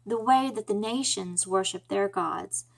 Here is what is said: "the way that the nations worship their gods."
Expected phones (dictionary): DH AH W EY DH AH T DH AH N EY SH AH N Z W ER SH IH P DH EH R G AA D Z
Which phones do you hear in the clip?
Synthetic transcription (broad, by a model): DH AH W EY DH AH T DH AH N EY SH AH N Z W ER SH IH P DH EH R G AA D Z